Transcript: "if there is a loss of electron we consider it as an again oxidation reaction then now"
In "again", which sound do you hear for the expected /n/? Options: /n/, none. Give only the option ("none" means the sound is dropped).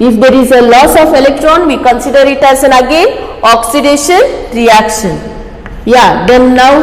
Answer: none